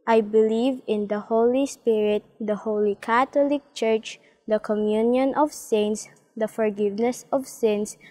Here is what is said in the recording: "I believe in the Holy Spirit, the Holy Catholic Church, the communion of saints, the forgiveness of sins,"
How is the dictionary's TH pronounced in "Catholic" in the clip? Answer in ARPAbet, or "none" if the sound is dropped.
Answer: T